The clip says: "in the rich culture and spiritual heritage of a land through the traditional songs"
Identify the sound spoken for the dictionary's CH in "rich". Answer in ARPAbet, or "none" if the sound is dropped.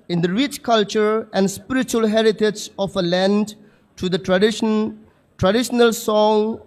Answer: CH